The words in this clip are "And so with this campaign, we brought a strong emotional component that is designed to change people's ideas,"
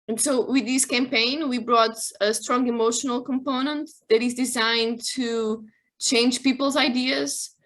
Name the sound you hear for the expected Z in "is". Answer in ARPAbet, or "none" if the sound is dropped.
Z